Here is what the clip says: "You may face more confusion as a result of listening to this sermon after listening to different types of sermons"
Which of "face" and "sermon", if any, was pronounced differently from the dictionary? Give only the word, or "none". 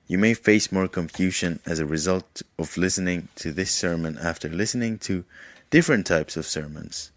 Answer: none